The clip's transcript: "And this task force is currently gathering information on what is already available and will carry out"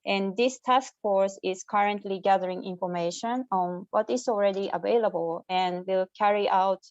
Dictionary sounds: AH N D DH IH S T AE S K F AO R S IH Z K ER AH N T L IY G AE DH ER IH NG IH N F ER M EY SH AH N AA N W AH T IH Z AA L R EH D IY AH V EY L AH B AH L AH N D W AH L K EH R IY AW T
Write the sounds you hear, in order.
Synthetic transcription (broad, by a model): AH N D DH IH S T AE S K F AO R S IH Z K ER AH N T L IY G AE DH ER IH NG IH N F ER M EY SH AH N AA N W AH T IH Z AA L R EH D IY AH V EY L AH B AH L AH N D W AH L K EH R IY AW T